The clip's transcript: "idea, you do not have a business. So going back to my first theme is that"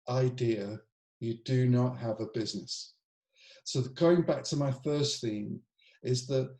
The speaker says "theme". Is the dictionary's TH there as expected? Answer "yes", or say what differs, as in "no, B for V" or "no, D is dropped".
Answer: yes